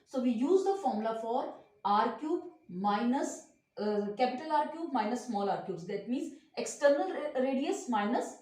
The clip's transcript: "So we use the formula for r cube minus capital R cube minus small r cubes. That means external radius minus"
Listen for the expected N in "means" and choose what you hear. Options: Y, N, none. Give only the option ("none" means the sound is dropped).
N